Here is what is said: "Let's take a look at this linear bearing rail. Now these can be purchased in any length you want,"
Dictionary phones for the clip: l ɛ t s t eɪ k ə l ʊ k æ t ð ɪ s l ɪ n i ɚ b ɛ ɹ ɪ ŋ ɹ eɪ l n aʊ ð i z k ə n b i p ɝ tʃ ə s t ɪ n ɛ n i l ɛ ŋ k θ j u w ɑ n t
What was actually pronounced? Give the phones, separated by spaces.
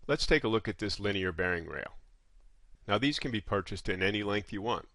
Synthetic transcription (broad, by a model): l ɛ t s t eɪ k ə l ʊ k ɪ t ð ɪ s l ɪ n i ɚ b ɛ ɹ ɪ ŋ ɹ eɪ l n aʊ ð i z k ə n b i p ɝ tʃ ə s t ɪ n ɛ n i l ɛ ŋ k θ j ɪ w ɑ n t